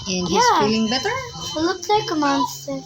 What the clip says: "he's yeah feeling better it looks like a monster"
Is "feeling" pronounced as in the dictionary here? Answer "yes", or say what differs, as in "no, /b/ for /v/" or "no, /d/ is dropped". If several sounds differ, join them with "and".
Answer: no, /l/ is dropped